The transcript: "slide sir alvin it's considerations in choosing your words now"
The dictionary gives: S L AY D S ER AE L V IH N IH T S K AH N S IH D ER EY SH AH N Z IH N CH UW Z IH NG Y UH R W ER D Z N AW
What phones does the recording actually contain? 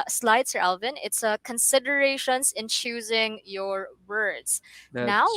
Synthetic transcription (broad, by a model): S L AY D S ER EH L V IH N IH T S K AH N S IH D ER EY SH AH N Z IH N CH UW Z IH NG Y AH R W ER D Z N AW